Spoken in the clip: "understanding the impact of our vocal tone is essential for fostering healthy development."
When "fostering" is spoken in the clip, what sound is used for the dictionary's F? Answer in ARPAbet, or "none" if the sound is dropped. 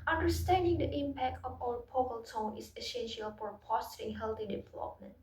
P